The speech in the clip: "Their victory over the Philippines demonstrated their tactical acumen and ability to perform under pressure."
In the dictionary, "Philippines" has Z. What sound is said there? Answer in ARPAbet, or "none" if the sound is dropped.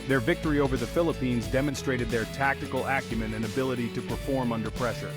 Z